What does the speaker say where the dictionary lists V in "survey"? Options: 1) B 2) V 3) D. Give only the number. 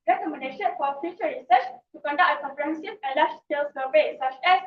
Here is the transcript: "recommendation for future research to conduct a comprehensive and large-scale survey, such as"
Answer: 1